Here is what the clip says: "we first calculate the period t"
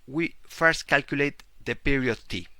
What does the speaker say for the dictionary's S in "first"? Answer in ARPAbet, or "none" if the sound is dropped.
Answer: S